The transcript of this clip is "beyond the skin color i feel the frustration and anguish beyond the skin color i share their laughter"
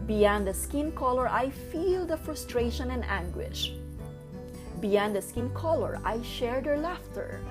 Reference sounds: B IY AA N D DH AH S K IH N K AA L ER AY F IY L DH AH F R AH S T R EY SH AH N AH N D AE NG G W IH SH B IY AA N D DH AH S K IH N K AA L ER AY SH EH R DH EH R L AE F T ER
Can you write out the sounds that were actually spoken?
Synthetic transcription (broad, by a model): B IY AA N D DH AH S K IH N K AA L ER AY F IY L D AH F R AH S T R EY SH AH N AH N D AE NG G W IH SH B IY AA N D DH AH S K IH N K AA L ER AY SH EH R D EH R L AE F T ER